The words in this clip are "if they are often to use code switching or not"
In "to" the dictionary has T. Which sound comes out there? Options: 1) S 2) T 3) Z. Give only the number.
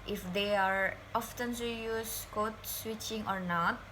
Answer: 1